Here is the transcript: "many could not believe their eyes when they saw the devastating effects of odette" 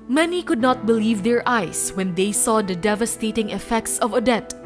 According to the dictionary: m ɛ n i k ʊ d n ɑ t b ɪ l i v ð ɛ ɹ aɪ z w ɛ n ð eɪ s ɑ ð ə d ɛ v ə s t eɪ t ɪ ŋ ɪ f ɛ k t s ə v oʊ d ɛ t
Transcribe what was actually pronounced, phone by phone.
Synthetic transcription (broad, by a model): m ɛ n i k ʊ d n ɑ t b ɪ l i v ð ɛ ɹ aɪ s w ɛ n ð eɪ s ɑ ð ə d ɛ v ə s t eɪ t ɪ ŋ ɪ f ɛ k t s ə v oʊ d ɛ t